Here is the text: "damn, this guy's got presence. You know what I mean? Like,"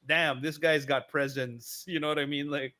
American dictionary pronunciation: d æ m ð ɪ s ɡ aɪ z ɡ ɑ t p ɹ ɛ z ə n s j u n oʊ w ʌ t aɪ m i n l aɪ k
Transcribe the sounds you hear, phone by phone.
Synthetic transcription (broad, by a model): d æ m ð ɪ s ɡ aɪ z ɡ ɑ t p ɹ ɛ z ə n s j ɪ n oʊ w ʌ t aɪ m i n l aɪ k